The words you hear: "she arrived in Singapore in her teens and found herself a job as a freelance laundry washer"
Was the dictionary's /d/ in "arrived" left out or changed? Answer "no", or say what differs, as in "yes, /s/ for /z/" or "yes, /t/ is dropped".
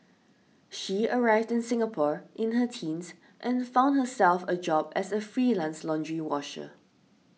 no